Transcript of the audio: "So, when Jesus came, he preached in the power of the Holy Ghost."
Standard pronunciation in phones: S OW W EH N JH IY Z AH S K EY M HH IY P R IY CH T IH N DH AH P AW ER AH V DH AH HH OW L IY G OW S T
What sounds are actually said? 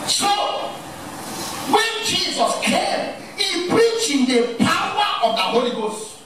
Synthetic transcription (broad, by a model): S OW W EH N JH IY Z AH S K EY M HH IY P R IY CH IH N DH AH P AW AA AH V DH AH HH OW L IY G OW S T